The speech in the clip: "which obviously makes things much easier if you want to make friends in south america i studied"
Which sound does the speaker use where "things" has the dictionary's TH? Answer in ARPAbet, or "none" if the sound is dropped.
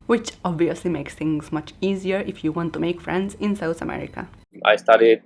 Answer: T